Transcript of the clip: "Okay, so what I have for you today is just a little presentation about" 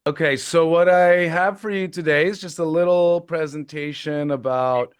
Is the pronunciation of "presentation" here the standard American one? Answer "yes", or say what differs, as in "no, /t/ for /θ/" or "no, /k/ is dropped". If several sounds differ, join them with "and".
yes